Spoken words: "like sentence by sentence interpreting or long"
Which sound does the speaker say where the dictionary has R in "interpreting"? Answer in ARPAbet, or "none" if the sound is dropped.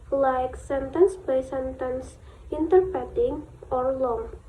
none